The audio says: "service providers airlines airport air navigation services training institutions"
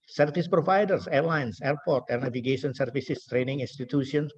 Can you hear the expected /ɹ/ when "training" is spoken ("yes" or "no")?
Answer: yes